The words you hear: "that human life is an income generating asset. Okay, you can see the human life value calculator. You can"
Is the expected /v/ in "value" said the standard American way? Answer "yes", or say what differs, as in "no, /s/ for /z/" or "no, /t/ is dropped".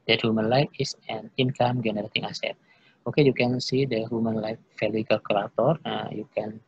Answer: no, /f/ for /v/